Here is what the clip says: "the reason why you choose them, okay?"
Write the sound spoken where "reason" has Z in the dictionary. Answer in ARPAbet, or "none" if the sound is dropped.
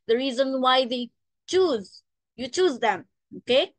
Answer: Z